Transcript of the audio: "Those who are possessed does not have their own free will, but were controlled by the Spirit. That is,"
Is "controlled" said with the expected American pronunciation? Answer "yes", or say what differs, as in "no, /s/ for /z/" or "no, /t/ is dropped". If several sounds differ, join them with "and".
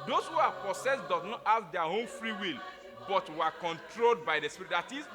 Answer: yes